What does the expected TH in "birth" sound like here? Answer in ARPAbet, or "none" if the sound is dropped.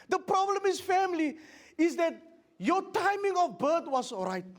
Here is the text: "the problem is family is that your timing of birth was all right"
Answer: T